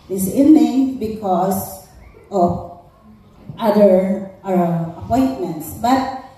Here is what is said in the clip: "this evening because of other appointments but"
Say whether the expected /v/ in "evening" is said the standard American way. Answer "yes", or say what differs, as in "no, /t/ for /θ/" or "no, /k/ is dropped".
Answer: no, /v/ is dropped